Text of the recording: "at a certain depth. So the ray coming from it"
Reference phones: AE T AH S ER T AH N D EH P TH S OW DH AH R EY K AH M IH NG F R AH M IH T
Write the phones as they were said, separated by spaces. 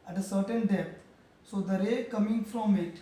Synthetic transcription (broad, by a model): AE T AH S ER T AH N D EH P T S OW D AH R EY K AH M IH NG F R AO M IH T